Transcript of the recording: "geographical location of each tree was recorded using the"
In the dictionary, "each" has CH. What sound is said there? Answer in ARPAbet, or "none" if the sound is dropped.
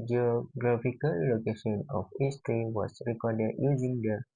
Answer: S